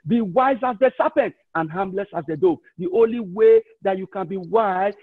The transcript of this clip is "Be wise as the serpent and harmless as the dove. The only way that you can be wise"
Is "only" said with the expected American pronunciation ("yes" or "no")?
yes